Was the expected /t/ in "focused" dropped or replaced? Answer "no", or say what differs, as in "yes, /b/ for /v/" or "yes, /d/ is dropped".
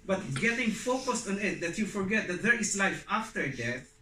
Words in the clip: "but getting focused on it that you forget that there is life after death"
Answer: no